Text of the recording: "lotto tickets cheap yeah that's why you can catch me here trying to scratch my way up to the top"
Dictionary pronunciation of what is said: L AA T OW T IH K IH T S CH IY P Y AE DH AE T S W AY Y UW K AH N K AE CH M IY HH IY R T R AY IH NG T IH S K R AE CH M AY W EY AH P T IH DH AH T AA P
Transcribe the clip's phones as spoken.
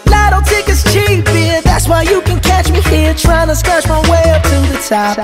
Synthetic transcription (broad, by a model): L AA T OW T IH K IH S CH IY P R DH AE T S W AY Y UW K AH N K AE CH M IY HH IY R T R AY IH NG T IH S K R AE CH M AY W EY AH P T IH DH AH T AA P